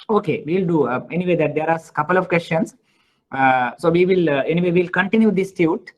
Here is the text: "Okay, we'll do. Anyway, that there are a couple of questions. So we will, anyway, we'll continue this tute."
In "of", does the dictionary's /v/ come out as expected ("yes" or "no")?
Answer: yes